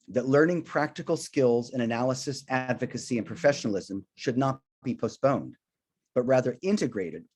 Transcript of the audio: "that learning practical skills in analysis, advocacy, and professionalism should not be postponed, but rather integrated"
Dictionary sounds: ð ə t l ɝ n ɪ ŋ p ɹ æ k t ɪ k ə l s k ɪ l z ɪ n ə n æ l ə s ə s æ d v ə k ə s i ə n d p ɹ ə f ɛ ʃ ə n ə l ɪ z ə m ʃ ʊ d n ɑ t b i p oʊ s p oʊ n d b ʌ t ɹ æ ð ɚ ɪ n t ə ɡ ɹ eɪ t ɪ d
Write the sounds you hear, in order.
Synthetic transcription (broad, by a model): ð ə t l ɝ n ɪ ŋ p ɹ æ k t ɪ k l s k ɪ l z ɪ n ə n æ l ə s ə s æ d v ə k ə s i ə n p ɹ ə f ɛ ʃ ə n l ɪ z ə m ʃ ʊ d n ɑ t b i p oʊ s p oʊ n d b ʌ t ɹ æ ð ɚ ɪ n t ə ɡ ɹ eɪ t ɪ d